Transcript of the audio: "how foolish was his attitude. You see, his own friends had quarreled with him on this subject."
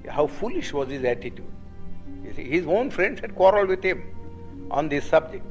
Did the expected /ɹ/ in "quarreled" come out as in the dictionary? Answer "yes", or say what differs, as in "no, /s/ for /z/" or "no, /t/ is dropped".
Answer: yes